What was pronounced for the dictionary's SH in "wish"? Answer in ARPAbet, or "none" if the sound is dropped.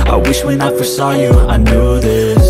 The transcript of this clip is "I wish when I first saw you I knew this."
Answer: SH